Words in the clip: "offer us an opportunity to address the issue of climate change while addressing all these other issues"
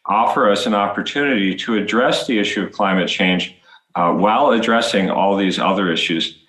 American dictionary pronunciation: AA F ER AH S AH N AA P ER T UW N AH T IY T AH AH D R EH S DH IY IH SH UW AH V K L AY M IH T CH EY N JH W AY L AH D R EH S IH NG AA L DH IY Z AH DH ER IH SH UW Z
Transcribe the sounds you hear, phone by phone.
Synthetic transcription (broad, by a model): AA F ER AH S AH N AA P ER T UW N AH T IY T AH AH D R EH S DH IY IH SH UW AH V K L AY M IH T CH EY N JH W AY L AH D R EH S IH NG AA L DH IY Z AH DH ER IH SH UW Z